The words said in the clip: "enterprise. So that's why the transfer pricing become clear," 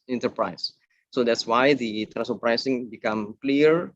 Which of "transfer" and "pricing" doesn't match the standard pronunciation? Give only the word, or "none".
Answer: transfer